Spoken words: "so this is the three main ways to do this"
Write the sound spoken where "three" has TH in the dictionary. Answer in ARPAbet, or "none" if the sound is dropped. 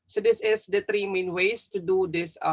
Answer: T